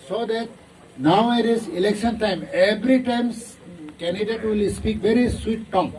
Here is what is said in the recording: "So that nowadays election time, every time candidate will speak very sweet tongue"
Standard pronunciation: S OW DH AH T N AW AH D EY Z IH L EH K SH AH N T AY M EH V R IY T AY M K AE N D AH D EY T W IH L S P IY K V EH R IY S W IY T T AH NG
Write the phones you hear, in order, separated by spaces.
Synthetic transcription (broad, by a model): S OW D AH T N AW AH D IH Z IH L EH K SH AH N T AY M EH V R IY T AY M K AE N D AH D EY T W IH L S P IY K V EH R IY S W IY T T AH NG